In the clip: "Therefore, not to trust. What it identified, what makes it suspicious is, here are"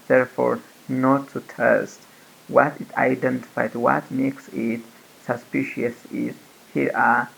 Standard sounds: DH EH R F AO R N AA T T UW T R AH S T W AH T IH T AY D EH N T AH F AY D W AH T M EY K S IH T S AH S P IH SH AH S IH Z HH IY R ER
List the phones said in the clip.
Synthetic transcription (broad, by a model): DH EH R F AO R N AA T T UW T EH S T W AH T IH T AY D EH N T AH F AY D W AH T M EY K S IH T S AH S P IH SH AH S IH Z HH IY R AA